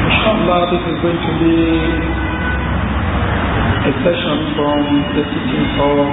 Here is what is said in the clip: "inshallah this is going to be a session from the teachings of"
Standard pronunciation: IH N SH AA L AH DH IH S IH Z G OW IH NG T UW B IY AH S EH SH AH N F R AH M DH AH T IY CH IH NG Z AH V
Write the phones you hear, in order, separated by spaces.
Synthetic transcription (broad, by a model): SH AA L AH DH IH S IH Z G OW IH NG T UW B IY AH S EH SH AH N F R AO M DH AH S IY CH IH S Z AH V